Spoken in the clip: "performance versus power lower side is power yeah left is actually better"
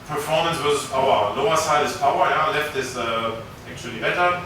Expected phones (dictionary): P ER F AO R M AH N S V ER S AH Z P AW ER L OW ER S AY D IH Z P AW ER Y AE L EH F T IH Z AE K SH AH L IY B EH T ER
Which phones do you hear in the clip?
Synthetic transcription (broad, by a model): P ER F AO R M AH N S W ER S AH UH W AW L OW ER S AY D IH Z P AW ER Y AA L EH F T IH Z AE K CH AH L IY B EH T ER